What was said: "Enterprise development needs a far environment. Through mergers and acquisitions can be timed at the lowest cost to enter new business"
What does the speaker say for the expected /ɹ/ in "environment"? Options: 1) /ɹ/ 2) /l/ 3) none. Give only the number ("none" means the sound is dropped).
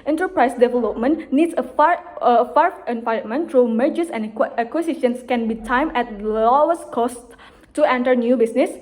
3